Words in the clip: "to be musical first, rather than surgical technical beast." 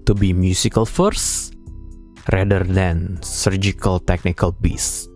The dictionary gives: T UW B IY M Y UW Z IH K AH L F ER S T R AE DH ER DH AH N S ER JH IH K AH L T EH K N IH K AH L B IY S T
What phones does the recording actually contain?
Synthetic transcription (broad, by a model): T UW B IY M Y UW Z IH K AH L F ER S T R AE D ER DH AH N S ER JH IH K AH L T EH K N IH K AH L B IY S